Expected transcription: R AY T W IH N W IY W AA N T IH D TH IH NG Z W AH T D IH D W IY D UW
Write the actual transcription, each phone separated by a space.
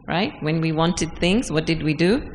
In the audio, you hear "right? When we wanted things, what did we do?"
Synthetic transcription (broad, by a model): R AY T W IH N W IY W AA N T IH D TH IH NG Z W AH T D IH D W IY D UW